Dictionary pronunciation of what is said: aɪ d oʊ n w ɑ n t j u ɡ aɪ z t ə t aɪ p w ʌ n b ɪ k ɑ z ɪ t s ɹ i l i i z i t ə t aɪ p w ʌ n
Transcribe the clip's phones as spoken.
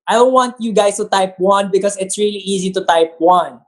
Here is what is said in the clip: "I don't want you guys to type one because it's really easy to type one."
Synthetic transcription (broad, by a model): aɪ d oʊ n w ɑ n t j u ɡ aɪ s t ə t aɪ p w ʌ n b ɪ k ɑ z ɪ t s ɹ i l i i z i t ə t aɪ p w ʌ n